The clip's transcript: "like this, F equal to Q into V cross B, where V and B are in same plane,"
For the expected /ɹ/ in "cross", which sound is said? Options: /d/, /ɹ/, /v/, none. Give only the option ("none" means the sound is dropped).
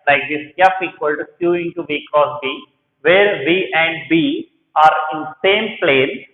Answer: none